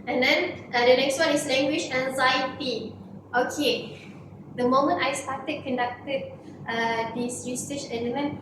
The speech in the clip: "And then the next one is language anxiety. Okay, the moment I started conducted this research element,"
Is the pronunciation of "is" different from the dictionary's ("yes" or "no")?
yes